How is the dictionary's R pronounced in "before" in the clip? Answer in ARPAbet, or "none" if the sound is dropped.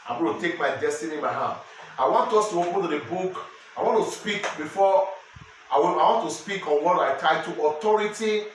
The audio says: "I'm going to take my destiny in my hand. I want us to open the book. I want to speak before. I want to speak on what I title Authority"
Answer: W